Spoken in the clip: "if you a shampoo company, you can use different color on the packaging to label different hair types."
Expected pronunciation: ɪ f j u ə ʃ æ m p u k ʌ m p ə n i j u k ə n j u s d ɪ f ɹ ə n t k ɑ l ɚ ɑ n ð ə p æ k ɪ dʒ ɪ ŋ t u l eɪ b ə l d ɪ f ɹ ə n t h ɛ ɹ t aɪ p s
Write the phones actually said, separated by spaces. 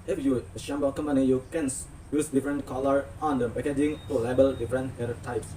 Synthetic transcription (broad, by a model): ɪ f j u ə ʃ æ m b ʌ k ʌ m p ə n i j u k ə n j u s d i f ɹ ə n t k ɑ l ɚ ɑ n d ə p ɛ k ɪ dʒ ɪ ŋ t u l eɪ b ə l d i f ɹ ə n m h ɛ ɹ t aɪ p s